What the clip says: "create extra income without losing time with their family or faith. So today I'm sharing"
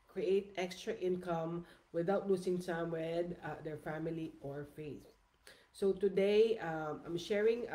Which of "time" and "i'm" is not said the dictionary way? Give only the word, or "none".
time